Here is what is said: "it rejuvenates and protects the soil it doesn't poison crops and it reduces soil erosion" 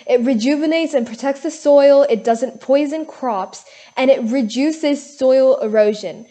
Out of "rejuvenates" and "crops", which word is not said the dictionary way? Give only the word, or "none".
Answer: none